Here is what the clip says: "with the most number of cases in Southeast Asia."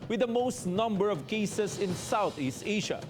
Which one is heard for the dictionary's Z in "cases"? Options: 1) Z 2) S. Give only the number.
2